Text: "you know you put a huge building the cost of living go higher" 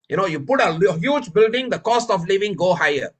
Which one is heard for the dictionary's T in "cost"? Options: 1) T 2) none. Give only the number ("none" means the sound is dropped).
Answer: 1